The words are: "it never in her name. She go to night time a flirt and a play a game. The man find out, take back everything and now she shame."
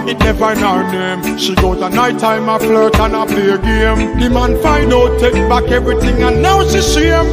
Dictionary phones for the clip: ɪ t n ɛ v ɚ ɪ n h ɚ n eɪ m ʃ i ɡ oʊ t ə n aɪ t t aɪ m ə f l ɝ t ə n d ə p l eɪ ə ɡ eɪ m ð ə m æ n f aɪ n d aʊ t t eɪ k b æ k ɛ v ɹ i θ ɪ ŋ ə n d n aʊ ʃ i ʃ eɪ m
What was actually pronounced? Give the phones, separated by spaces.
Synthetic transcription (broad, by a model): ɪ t n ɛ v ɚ ɪ n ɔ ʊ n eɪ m ʃ i ɡ oʊ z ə n aɪ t t aɪ m ə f l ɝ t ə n ə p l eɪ ə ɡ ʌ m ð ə m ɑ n f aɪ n ɔ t t eɪ k b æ k ɛ v ɹ i θ ɪ ŋ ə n n aʊ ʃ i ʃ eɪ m